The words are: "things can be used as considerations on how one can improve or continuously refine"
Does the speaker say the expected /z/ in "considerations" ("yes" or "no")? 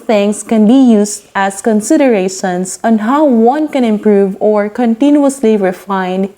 no